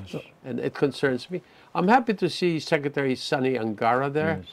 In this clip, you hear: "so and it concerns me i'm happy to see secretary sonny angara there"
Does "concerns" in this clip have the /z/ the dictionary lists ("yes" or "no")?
yes